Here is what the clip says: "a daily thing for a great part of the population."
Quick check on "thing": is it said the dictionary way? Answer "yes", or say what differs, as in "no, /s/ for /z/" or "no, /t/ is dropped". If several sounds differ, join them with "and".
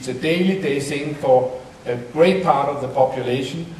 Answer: no, /s/ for /θ/